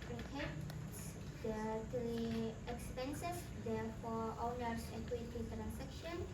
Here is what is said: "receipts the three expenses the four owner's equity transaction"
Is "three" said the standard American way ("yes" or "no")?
no